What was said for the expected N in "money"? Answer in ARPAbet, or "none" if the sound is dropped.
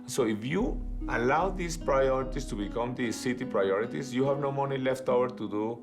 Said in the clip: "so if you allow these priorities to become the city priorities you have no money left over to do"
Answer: N